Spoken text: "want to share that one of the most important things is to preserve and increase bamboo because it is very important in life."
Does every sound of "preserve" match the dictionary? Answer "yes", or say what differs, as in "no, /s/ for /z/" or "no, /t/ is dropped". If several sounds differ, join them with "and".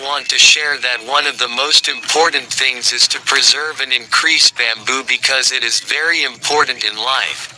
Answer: yes